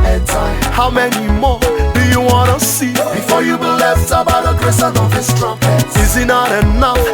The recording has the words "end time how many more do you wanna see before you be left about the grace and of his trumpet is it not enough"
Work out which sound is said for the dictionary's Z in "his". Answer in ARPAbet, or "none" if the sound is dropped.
S